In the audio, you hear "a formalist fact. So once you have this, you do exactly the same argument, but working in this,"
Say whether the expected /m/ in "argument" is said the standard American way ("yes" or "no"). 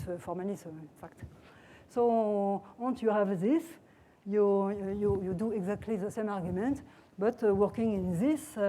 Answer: yes